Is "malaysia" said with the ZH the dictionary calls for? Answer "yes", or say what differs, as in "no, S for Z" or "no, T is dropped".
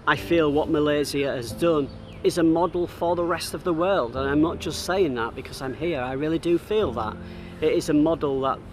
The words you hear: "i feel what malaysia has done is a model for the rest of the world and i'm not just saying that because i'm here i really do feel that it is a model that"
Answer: no, Z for ZH